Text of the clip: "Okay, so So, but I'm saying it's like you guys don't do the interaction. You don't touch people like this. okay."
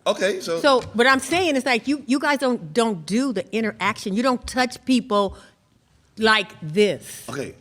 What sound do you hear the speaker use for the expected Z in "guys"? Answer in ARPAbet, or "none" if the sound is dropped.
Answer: Z